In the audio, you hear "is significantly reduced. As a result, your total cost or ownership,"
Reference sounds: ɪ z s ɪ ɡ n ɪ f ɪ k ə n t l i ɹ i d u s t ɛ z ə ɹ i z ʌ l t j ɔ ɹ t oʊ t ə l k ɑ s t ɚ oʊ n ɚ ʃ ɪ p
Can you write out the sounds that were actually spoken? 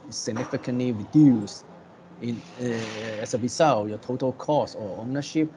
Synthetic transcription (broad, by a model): s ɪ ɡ n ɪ f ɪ k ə n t l i ɹ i d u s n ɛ s ə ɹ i s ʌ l j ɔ t oʊ t ə l k ɑ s ɔ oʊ n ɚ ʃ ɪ p